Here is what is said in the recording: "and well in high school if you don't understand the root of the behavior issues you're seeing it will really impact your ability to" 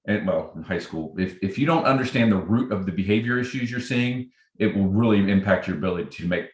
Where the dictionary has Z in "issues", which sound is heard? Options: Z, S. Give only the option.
Z